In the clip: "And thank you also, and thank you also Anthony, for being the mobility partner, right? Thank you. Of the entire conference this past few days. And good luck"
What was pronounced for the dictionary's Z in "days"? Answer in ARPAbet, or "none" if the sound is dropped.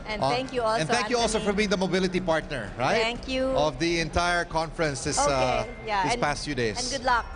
none